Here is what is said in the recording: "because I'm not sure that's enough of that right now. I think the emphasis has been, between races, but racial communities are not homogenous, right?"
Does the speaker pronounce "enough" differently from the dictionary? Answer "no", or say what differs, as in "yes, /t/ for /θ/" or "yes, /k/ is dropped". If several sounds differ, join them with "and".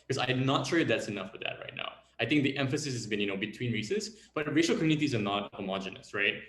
no